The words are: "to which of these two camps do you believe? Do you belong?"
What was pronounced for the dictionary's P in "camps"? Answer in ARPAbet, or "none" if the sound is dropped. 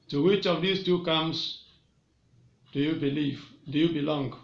none